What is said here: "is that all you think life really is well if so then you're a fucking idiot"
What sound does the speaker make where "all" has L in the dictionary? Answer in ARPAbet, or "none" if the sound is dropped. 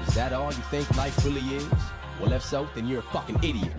N